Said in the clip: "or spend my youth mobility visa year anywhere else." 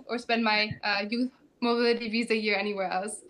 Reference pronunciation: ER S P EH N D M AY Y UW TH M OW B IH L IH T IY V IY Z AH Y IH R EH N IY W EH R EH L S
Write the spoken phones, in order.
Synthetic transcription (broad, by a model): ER S P EH N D M AY Y UW TH M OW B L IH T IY V IY Z AH Y IH R EH N IY W EH R EH L S